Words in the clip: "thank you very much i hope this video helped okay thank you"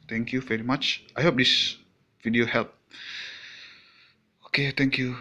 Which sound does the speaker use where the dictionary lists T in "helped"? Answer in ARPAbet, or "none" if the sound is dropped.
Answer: none